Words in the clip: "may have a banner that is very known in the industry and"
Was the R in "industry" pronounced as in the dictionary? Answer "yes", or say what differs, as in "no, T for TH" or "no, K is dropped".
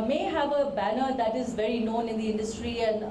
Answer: yes